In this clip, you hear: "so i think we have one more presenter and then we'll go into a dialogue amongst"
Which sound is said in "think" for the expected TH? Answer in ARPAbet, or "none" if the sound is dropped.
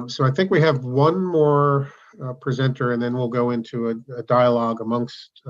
TH